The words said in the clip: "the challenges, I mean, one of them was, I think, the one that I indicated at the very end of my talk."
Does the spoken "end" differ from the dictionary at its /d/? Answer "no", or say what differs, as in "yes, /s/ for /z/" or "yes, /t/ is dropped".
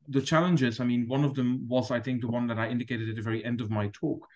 no